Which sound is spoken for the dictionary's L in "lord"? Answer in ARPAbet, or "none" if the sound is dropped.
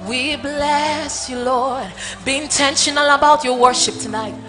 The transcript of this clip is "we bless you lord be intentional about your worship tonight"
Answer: L